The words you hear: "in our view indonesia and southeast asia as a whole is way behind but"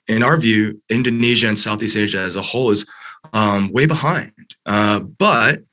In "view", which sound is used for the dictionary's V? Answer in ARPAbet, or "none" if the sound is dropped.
V